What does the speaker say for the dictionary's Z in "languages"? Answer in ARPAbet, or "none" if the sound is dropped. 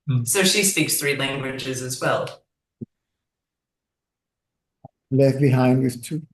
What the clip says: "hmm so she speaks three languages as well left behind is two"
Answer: Z